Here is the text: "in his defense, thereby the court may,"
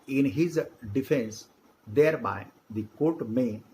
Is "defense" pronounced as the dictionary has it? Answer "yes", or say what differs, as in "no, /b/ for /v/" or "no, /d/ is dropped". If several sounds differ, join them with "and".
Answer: yes